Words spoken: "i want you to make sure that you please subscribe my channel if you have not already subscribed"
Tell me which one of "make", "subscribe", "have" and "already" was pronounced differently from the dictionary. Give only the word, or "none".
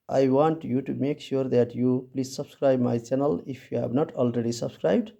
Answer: have